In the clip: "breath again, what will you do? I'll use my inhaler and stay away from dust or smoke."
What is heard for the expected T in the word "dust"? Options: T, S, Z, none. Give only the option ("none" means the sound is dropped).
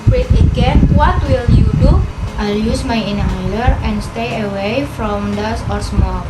none